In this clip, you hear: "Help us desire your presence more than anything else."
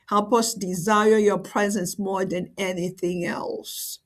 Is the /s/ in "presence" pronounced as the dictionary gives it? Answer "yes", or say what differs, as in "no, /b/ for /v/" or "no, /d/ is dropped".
yes